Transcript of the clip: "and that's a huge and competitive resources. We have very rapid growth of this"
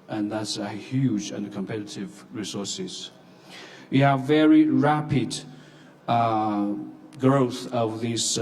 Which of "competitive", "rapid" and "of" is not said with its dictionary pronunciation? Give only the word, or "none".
none